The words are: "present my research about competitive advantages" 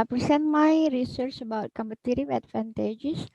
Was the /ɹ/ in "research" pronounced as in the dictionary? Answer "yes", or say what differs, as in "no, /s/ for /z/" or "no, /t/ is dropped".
yes